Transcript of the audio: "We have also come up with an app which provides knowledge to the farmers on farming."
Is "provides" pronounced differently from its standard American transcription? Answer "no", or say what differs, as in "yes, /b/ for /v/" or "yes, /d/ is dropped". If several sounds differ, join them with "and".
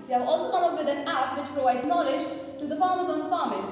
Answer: no